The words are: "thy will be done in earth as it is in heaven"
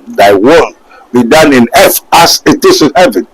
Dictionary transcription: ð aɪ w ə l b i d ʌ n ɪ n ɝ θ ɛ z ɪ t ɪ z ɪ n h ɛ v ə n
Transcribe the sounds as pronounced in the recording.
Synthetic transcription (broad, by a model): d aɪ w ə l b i d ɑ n ɪ n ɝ f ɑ s ɪ t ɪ s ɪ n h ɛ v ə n